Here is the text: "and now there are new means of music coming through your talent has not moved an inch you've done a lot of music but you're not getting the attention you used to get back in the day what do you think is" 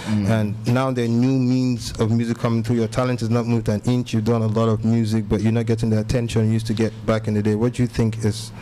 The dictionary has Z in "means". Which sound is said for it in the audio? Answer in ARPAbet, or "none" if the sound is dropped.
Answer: Z